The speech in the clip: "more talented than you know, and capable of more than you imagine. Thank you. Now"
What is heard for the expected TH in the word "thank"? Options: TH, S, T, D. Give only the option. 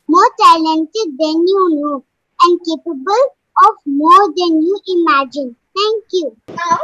T